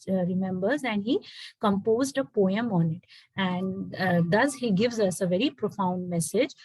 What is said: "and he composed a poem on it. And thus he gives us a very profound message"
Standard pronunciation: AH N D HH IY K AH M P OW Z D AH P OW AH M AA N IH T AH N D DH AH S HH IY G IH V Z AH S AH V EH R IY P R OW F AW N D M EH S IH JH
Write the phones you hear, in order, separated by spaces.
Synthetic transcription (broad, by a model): AH N D HH IY K AH M P OW Z D AH P OW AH M AA N IH T AH N D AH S HH IY G IH V Z AH S AH V EH R IY P R OW F AW N D M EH S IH JH